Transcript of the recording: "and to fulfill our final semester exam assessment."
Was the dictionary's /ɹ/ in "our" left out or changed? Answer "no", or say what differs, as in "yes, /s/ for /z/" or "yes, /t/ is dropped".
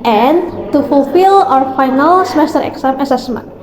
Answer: no